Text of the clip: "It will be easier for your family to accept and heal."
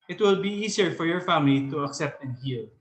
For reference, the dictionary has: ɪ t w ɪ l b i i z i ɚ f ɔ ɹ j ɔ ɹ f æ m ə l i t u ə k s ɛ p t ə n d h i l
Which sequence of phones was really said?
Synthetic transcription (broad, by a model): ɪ t w ɪ l b i i s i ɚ f ɔ ɹ j ɔ ɹ f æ m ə l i t u ə k s ɛ p t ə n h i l